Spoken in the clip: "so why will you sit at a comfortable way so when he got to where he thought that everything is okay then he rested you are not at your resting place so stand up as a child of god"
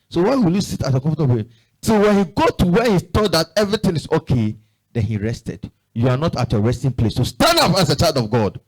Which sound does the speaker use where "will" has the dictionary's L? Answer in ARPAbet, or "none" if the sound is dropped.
L